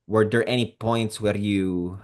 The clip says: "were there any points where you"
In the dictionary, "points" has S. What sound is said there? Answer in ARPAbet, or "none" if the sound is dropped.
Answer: S